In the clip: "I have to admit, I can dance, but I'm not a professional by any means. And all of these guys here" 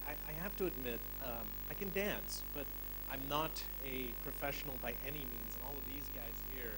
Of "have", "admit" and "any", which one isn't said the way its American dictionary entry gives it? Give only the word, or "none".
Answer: have